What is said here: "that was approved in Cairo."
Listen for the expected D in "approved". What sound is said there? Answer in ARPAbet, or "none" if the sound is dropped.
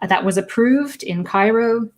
D